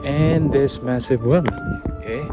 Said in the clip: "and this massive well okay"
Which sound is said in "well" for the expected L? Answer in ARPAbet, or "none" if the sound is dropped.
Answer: N